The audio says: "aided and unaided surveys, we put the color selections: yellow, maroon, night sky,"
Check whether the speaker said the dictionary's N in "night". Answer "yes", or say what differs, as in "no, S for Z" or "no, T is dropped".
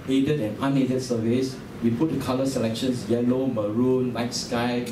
no, L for N